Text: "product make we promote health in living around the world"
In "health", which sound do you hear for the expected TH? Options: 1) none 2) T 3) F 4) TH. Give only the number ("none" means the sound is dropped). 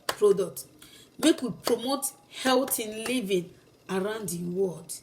2